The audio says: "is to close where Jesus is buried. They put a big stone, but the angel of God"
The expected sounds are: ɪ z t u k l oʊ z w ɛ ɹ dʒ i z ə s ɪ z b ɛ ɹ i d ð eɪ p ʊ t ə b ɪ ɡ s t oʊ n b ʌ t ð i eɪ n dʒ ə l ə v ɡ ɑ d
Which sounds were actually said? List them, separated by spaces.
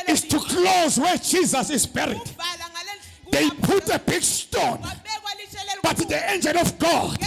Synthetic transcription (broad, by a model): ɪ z t u k l oʊ z w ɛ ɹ dʒ i z ə s ɪ z b ɛ ɹ i d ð eɪ p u t ə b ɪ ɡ s t oʊ n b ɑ t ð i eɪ n dʒ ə n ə f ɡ ɑ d